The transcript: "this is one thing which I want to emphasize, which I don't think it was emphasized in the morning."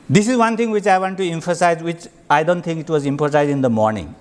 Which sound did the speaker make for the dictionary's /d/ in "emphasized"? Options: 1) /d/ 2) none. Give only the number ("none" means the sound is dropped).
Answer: 2